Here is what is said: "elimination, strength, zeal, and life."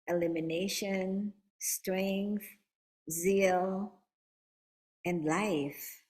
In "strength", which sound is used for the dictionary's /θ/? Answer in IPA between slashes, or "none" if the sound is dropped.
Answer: /θ/